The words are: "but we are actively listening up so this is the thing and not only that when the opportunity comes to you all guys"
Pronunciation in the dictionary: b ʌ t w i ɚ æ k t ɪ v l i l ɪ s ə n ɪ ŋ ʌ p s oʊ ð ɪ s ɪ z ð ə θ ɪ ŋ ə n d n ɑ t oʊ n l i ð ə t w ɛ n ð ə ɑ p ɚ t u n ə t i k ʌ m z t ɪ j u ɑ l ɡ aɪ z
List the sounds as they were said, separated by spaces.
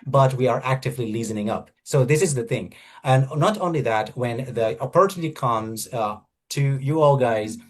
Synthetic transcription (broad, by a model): b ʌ t w i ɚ æ k t ɪ v l i l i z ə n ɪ ŋ ʌ p s oʊ ð ɪ s ɪ z ð ə θ ɪ ŋ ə n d n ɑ t oʊ n l i ð ə t w ɛ n ð ə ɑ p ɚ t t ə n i k ʌ m z t ɪ j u ɑ l ɡ aɪ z